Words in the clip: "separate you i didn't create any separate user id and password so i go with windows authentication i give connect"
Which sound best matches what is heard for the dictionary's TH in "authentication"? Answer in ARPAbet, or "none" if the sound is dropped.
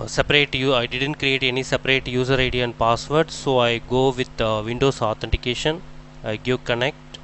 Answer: T